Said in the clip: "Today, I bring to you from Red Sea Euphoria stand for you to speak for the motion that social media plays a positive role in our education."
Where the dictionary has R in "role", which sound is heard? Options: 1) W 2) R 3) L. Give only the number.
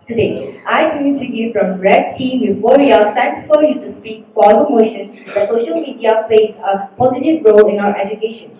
2